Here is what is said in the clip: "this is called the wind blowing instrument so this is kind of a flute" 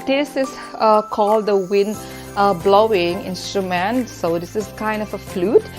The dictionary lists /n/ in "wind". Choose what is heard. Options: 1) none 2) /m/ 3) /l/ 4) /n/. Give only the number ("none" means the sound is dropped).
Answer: 4